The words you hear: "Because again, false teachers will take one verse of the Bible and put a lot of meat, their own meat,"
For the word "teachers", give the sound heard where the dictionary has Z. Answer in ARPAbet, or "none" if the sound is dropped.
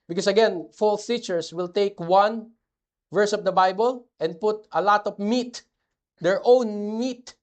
S